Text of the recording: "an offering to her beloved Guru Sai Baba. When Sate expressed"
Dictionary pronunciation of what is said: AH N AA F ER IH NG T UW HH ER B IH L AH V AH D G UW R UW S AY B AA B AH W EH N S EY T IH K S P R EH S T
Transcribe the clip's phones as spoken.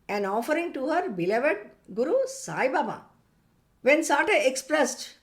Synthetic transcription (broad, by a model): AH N AA F ER IH NG T UW HH ER B IH L AH V AH D G UW R UW S AY B AA B AH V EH N S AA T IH K S P R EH S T